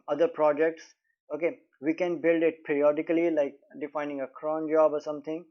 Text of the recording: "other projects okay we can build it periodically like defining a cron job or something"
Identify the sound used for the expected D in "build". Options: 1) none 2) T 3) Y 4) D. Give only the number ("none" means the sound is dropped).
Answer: 4